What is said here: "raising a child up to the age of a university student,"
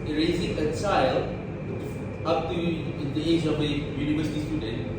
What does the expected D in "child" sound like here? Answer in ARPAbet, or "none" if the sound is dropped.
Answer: none